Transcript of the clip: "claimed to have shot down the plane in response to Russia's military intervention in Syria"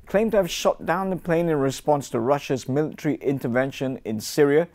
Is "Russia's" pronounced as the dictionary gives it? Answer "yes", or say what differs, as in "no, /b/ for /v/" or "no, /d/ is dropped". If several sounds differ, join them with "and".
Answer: yes